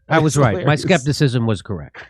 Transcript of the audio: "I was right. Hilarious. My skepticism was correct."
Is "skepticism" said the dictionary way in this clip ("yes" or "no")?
yes